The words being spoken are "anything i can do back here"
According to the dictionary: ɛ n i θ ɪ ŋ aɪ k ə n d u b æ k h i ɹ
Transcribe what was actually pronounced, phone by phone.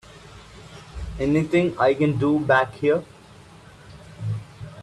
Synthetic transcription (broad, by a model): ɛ n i t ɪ ŋ aɪ k ə n d u b æ k h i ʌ